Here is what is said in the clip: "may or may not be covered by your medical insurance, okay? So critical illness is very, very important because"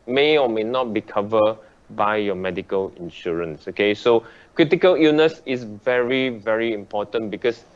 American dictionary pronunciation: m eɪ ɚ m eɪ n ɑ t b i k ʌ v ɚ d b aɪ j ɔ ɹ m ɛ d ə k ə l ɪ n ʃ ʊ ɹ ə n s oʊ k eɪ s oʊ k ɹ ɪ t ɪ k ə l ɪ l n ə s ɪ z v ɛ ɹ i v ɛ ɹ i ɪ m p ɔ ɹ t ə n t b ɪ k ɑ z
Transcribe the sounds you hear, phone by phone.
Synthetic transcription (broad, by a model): m eɪ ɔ m eɪ n ɑ t b i k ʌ v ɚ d b aɪ j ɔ m ɛ d ə k ə l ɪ n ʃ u ɹ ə n s oʊ k eɪ s oʊ k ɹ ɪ t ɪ k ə l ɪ n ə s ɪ s v ɛ ɹ i v ɛ ɹ i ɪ m p ɔ t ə n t b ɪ k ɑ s